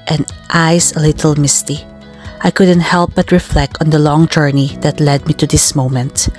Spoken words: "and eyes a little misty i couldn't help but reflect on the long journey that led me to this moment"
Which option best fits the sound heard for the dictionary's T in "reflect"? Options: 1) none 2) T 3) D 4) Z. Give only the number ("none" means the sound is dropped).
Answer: 2